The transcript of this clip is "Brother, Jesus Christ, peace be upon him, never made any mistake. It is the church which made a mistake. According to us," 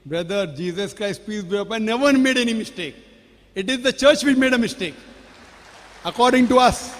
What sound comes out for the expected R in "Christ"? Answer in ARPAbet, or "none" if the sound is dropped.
R